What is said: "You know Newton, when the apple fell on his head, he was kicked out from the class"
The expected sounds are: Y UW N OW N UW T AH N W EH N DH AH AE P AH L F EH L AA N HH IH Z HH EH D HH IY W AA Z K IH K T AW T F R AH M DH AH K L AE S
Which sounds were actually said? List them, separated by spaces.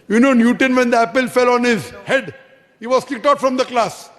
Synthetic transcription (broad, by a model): Y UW N OW N UW T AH N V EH N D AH AE P AH L F EH L AA N HH IH Z HH EH D HH IY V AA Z K IH K T AW T F R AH M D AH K L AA S